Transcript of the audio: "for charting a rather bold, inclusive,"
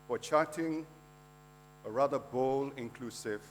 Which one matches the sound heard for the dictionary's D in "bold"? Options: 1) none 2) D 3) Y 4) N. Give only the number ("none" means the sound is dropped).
1